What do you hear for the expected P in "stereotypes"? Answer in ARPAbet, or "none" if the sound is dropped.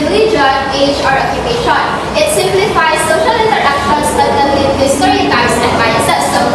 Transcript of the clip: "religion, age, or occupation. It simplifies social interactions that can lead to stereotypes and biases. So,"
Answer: none